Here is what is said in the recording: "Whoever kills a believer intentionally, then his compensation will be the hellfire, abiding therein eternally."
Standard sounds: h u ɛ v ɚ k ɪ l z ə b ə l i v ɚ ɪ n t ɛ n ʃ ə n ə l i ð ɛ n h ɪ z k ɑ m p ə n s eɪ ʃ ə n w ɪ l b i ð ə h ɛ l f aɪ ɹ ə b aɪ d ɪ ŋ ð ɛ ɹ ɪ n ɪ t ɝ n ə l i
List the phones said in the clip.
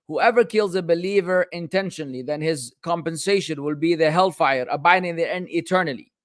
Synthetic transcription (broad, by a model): h u ɛ v ɚ k ɪ l z ə b ə l i v ɚ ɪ n t ɛ n ʃ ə n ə l i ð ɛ n h ɪ z k ɑ m p ə n s eɪ ʃ ə n w ɪ l b i ð ə h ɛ l f aɪ ɹ ə b aɪ d ɪ ŋ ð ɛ ɪ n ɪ t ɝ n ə l i